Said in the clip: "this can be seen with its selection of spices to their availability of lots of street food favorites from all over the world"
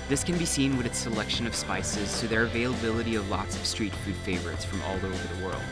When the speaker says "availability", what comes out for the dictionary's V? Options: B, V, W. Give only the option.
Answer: V